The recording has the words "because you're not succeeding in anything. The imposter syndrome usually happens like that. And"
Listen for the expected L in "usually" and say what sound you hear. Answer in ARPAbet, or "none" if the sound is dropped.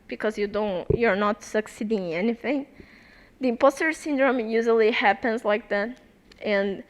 L